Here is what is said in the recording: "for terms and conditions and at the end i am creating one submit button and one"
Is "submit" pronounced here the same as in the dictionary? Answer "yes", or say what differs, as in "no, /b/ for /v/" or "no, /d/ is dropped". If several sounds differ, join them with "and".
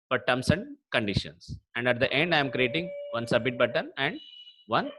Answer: no, /m/ is dropped